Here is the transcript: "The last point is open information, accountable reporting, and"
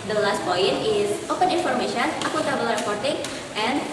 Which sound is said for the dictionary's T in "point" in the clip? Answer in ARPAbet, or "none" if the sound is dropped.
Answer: none